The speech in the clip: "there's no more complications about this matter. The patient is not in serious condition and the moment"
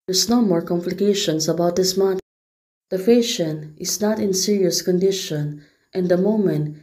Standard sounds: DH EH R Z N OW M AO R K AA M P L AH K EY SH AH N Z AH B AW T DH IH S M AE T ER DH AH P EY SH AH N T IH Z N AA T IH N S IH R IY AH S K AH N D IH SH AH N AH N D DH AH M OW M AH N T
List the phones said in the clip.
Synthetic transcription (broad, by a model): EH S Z N OW M AO R K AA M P L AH K EY SH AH N S AH B AW T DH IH S M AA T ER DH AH F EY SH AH N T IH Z N AA T IH N S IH R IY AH S K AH N D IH SH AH N AH N D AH M OW M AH N T